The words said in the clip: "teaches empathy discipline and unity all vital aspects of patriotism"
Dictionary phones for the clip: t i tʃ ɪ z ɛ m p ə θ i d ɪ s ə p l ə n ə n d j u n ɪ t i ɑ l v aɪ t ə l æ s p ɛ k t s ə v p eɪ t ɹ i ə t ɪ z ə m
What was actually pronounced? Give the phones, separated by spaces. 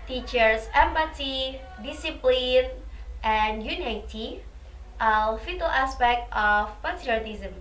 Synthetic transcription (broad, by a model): t i tʃ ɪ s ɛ m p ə t i d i s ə p l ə n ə n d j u n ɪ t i ɑ l f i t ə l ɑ s p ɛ k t ə f p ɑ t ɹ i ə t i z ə m